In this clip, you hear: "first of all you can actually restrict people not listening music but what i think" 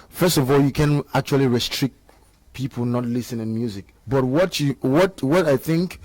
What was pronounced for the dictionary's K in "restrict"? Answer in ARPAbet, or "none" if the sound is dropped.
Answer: K